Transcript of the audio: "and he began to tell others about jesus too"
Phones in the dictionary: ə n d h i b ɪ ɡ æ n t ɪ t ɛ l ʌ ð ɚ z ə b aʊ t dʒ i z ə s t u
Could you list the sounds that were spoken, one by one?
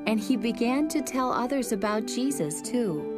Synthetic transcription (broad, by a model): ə n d i b ɪ ɡ æ n t ɪ t ɛ l ʌ ð ɚ z ə b aʊ t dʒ i z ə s t u